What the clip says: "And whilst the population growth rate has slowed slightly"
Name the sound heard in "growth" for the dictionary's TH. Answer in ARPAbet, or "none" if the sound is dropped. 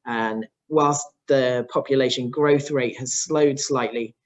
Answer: TH